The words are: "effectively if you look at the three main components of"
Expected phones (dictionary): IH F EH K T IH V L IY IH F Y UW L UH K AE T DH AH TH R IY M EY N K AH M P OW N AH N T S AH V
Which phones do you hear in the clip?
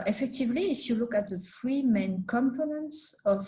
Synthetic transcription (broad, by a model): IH F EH K T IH V L IY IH F Y UW L UH K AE T DH AH F R IY M EY N K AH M F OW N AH N S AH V